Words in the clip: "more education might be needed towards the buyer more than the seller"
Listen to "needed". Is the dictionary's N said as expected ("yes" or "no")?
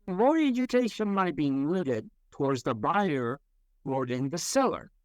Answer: no